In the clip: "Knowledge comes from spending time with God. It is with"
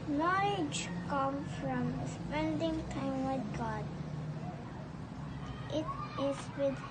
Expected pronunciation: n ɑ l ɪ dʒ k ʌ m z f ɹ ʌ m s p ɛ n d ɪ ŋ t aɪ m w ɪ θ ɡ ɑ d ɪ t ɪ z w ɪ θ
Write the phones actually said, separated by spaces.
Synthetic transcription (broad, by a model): n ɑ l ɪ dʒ k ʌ m f ɹ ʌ m s p ɛ n d ɪ ŋ t aɪ m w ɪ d ɡ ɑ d ɪ t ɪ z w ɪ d